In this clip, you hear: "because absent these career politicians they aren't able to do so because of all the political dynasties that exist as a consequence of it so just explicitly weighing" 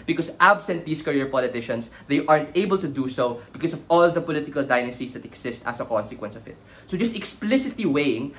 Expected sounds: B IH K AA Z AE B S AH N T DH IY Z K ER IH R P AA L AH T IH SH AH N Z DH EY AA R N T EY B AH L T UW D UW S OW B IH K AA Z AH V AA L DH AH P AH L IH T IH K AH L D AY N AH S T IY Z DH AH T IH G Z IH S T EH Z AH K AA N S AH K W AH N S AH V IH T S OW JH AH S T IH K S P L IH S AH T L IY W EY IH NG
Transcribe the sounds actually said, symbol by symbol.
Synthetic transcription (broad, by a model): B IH K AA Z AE B S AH N T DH IY S K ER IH R P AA L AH T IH SH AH N S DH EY AA R N T EY B AH L T UW D UW S OW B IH K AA S AH V AA L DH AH P AH L IH T IH K AH L D AY N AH S T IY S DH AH T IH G S IH S T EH S AH K AA N S AH K W AH N S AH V IH T S OW JH AH S T IH K S P L IH S AH T L IY W EY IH NG